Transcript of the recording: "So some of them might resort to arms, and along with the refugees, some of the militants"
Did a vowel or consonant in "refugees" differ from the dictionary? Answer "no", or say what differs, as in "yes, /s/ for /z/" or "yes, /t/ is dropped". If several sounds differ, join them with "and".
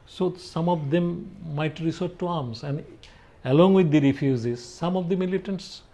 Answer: yes, /z/ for /dʒ/